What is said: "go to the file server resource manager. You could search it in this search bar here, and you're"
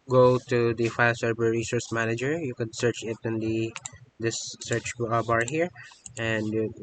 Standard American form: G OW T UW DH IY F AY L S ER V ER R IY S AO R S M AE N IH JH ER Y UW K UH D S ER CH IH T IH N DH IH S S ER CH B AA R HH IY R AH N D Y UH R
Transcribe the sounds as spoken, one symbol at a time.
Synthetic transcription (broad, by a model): G OW T UW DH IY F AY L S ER B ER R IY S AO R S M AE N IH JH ER Y UW K UH D S ER CH IH T IH N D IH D S ER CH B AA R HH IY R AH N D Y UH